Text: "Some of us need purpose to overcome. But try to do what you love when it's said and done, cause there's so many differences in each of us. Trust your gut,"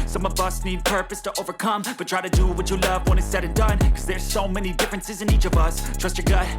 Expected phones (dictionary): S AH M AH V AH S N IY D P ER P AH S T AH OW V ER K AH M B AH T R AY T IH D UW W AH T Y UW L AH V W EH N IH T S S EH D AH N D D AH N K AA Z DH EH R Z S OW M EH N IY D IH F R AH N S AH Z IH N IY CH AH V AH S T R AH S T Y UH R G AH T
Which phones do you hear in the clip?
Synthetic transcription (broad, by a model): S AH M AH V AH S N IY D P ER P AH S T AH OW V ER K AH M B AH T R AY T IH D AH W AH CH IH L AH V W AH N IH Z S S EH D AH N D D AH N K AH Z DH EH R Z S OW M EH N IY D IH F R AH N S AH Z IH N IY CH AH V AH S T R AH S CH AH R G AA